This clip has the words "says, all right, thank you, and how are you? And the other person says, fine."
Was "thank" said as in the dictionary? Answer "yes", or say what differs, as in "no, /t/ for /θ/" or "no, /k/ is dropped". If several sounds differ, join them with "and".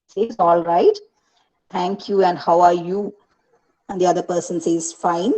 no, /t/ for /θ/